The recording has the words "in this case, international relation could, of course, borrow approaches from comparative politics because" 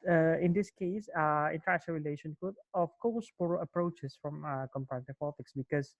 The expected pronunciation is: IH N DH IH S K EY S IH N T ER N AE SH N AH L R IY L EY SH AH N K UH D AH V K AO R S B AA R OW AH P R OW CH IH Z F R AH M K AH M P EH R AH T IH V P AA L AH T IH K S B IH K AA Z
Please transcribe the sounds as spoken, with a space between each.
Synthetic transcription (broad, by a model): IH N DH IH S K EY S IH N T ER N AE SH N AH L R IY L EY SH AH N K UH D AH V K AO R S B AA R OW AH P R OW CH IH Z F R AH M K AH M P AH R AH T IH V P AA L AH T IH K S B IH K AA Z